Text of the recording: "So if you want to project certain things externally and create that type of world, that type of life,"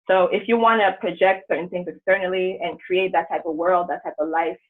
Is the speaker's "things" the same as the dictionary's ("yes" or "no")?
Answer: yes